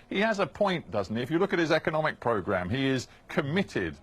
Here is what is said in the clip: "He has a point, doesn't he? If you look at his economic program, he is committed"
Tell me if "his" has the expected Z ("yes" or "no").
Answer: yes